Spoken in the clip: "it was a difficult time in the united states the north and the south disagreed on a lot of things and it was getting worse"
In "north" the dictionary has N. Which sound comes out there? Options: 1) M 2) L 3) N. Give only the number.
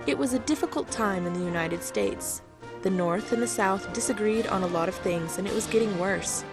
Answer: 3